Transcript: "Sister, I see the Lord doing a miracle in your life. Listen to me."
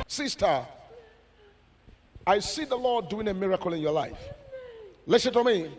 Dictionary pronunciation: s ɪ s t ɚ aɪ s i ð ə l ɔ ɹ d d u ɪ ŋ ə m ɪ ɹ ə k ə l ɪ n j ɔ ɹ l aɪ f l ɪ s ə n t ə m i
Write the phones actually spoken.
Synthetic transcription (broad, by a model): s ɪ s t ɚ aɪ s i ð ə l ɔ d d u ɪ ŋ ə m ɪ ɹ ə k ə l ɪ n j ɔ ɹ l aɪ f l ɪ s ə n t ə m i